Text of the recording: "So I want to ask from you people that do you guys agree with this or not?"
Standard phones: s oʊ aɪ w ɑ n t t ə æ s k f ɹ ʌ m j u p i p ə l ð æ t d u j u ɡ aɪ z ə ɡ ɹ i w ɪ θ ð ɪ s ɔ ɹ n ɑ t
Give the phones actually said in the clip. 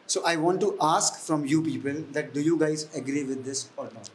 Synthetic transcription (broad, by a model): s oʊ aɪ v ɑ n t t ə s k f ɹ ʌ m j u p i p ə l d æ t d u j u ɡ aɪ z ə ɡ ɹ i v ɪ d ɪ s ɔ ɹ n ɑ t